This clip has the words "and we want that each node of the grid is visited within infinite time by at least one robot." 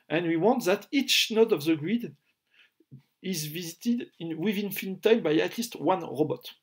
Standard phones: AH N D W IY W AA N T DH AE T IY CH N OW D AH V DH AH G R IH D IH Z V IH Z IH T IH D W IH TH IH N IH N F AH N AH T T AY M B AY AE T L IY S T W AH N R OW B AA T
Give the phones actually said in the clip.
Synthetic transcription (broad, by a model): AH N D W IY W AA N T DH AE T IY CH N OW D AH V DH AH G R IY D IH Z V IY Z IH T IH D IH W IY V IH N F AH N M T AY M B AY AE T L IY S T W AH N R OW B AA T